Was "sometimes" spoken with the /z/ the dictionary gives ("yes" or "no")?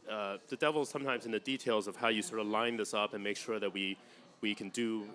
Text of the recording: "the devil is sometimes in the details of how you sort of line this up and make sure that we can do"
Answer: yes